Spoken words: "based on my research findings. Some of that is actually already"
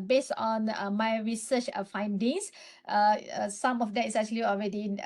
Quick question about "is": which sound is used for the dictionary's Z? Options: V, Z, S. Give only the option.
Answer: S